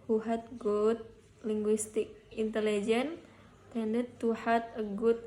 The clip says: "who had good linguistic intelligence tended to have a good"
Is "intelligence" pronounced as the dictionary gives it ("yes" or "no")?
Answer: no